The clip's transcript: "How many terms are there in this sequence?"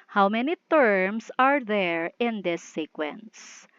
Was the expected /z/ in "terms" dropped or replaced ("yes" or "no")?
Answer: yes